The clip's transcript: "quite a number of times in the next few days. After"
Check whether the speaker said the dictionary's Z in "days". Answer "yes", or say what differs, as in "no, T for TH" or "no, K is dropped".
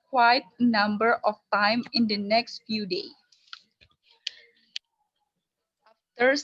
no, Z is dropped